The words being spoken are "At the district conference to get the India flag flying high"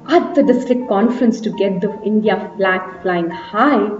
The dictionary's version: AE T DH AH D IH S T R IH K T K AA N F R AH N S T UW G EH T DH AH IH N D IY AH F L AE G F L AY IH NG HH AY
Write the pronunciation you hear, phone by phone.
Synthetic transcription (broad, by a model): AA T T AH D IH S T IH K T K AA N F R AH N S T UW G EH T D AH IH N D IY AH F L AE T F L AY IH NG HH AY